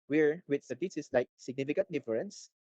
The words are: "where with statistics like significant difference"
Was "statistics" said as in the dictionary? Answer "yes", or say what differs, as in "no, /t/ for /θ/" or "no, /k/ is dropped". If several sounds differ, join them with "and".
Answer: no, /k/ is dropped